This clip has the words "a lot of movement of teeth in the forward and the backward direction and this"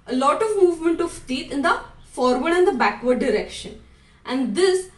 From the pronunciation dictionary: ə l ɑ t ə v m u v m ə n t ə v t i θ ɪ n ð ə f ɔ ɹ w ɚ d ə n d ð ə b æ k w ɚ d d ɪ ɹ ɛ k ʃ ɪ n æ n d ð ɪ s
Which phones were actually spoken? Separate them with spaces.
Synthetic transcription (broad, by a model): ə l ɑ t ə v m u v m ə n t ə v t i t ɪ n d ə f ɔ ɹ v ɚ d ə n d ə b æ k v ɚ d d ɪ ɹ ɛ k ʃ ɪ n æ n d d ɪ s